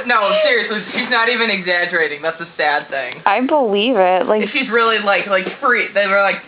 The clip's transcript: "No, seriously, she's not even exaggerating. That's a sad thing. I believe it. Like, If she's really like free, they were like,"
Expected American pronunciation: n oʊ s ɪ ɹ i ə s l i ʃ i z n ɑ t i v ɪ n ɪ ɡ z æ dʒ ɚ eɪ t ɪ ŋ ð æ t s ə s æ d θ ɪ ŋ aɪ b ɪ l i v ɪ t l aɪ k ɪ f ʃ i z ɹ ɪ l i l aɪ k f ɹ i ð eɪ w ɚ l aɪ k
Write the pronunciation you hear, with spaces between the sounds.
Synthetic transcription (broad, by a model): n oʊ s ɪ ɹ i ə s l i ʃ i z n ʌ t i v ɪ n ɪ ɡ z æ dʒ ɚ eɪ t ɪ ŋ ð æ t s ə s æ d θ ɪ ŋ aɪ b ɪ l i v ɪ t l aɪ ɪ f ʃ i z ɹ ɪ l i l aɪ k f ɹ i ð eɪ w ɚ l aɪ k